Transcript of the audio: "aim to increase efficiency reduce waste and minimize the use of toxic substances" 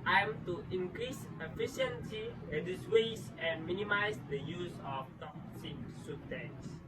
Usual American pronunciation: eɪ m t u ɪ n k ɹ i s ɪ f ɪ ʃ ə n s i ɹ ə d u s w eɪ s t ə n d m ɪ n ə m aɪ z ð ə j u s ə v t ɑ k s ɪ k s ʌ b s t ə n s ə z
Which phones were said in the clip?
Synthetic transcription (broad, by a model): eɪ m t u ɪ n k ɹ i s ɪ f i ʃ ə n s i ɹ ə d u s w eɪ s ə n m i n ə m aɪ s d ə j u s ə f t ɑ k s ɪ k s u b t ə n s